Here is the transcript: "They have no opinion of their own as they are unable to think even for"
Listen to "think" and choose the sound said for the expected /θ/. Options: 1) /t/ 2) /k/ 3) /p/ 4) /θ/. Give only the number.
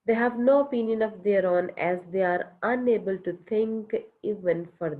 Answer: 1